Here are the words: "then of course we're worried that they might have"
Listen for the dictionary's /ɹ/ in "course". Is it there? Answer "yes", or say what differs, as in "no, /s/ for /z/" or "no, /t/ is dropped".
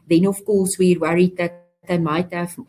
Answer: no, /l/ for /ɹ/